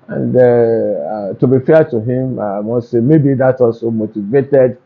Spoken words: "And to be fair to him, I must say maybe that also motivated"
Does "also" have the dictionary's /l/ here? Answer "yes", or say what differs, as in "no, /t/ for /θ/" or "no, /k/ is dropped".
yes